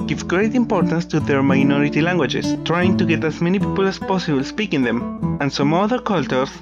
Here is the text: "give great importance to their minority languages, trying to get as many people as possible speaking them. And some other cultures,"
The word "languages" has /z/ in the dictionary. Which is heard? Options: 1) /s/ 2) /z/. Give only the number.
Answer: 1